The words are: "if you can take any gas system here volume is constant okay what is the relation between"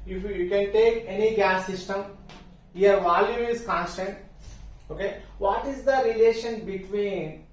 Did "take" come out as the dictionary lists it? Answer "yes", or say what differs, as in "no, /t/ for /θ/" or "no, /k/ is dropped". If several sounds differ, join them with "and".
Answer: yes